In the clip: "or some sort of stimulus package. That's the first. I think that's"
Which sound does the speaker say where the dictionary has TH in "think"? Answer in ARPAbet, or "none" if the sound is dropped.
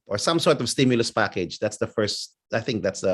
TH